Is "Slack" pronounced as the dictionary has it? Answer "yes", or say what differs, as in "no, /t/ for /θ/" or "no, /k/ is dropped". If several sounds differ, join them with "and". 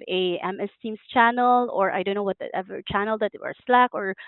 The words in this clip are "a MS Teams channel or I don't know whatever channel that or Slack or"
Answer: yes